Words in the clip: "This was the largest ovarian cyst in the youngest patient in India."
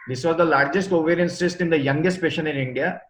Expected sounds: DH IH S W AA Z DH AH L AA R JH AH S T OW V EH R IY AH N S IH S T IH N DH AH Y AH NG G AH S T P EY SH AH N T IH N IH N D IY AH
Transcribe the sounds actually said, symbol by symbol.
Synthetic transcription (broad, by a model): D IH S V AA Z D AH L AA R JH AH S T OW V EH R IY AH N S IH S T IH N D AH Y AH NG G AH S T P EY SH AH N IH N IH N D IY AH